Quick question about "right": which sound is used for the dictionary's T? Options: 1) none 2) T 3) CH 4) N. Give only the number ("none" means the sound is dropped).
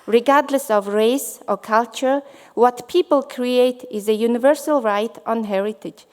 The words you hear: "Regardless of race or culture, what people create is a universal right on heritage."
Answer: 2